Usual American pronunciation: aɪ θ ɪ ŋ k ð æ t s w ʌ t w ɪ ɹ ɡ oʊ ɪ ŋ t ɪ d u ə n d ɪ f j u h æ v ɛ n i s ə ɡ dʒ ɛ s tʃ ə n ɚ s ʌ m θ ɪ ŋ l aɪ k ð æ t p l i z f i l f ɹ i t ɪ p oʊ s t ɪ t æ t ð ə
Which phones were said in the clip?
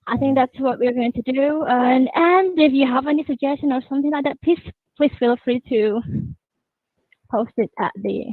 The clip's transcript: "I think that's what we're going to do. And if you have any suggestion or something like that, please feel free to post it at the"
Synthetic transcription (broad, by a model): aɪ θ ɪ ŋ k ð æ t s w ʌ t w ɪ ɹ ɡ oʊ ɪ ŋ t ɪ d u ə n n ɪ f j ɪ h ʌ v ɛ n i s ə ɡ dʒ ɛ s tʃ ə n ɚ s ʌ m θ ɪ ŋ l aɪ k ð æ t p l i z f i l f ɹ i t ɪ p oʊ s t ɪ t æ t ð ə